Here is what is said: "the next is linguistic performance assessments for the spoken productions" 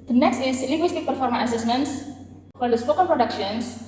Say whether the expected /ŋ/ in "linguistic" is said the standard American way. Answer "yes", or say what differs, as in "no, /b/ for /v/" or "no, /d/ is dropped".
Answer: no, /ŋ/ is dropped